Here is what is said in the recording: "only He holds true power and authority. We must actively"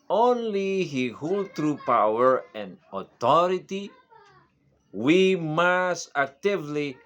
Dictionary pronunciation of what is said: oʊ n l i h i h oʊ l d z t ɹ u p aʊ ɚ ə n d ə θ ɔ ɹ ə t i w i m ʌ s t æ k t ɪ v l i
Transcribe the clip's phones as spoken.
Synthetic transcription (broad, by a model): oʊ n l i h i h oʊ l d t ɹ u p aʊ ɚ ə n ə t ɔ ɹ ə t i w i m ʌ s t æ k t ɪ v l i